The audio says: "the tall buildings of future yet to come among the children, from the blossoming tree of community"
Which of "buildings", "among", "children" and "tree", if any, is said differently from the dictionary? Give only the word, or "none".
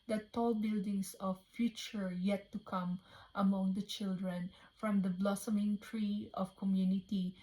buildings